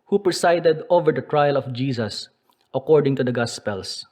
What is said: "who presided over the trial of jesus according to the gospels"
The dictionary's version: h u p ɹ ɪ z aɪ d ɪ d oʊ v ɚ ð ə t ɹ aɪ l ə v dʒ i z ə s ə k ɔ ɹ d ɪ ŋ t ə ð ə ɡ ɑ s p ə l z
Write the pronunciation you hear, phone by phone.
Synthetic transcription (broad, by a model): h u p ɹ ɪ s aɪ d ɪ d oʊ v ɚ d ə t ɹ aɪ l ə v dʒ i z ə s ə k ɔ ɹ d ɪ ŋ t ə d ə ɡ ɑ s p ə l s